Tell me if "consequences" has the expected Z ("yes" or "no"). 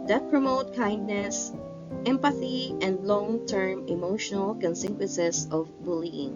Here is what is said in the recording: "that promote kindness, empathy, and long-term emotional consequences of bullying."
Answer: no